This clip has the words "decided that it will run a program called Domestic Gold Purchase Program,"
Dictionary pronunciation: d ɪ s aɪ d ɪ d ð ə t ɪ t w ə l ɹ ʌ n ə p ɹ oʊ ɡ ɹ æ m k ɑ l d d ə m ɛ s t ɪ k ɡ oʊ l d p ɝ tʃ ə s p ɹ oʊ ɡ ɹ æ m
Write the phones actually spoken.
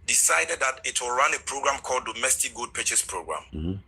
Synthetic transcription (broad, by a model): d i s aɪ d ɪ d ð ə t ɪ t w ə l ɹ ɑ n ə p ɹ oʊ ɡ ɹ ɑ m k ɑ l d d ə m ɛ s t ɪ k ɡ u d p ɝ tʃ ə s p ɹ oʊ ɡ ɹ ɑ m